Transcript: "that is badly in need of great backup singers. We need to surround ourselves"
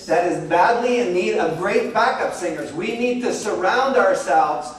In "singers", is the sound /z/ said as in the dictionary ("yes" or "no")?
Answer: yes